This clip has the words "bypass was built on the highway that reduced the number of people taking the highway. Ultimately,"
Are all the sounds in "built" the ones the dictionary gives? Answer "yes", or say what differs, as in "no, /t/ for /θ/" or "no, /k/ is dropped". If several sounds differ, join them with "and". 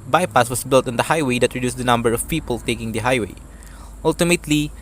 yes